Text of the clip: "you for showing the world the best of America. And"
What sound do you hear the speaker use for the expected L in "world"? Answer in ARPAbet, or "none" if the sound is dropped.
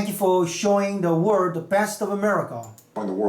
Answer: none